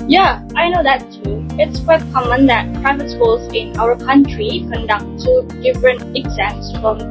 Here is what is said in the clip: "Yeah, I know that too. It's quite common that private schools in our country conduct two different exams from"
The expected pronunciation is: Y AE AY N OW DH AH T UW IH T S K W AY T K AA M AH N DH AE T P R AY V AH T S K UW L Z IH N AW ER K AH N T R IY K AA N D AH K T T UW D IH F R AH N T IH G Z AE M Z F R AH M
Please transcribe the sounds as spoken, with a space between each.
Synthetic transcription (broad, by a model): Y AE AY N OW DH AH T UW IH T S K W AY T K AA M AH N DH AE T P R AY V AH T S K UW L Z IH N AW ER K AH N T R IY K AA N D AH K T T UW D IH F R AH N T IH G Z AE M S F R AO M